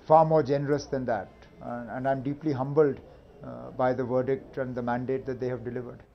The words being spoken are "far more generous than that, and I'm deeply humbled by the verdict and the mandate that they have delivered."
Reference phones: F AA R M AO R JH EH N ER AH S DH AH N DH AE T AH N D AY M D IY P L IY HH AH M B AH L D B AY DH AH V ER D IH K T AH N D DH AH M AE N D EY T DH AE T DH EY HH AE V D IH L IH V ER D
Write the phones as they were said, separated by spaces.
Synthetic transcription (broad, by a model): F AA R M AO R JH EH N ER AH S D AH N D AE T AH N D AY M D IY P L IY HH AH M B AH L D B AY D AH V ER D IH K T AH N D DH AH M AE N D EY T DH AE T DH EY HH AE V D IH L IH V ER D